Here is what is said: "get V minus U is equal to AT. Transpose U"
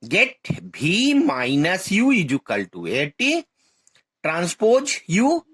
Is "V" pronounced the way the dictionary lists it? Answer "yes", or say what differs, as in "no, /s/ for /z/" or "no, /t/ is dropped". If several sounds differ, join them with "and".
no, /b/ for /v/